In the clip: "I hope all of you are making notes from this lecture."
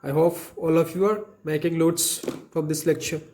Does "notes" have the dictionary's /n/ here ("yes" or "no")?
no